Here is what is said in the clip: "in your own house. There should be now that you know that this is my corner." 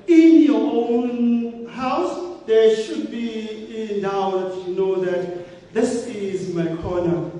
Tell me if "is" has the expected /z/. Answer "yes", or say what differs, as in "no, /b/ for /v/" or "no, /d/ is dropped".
yes